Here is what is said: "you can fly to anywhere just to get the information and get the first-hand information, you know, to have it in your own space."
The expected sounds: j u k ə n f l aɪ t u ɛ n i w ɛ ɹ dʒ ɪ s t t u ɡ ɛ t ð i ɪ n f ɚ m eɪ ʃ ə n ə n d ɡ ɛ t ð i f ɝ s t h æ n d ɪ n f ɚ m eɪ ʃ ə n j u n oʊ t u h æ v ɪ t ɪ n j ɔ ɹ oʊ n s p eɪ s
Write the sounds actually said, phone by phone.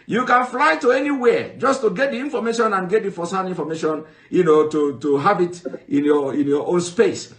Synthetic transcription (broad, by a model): j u k ə n f l aɪ t u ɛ n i w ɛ dʒ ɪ s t t u ɡ ɛ t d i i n f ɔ m eɪ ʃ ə n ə n ɡ ɛ t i f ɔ s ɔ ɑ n i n f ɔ m eɪ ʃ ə n j u n oʊ t u h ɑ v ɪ t ɪ n j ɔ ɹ oʊ n s p eɪ s